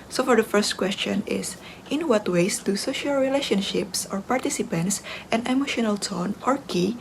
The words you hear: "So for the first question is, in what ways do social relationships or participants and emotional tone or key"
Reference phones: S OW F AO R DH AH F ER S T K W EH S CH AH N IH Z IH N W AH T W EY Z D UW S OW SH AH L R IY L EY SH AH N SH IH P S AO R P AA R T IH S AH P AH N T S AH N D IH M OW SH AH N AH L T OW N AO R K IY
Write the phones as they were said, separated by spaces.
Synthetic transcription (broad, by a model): S OW F AO R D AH F ER S T K W EH S CH AH N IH S IH N W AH T W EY S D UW S OW SH AH L R IY L EY SH AH N SH IH P S AO R P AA R T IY S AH P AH N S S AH N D IH M OW SH AH N AH L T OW N AO R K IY